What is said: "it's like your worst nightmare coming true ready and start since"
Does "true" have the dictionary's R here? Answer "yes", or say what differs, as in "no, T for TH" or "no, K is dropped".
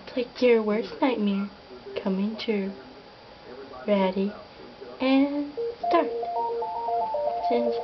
no, R is dropped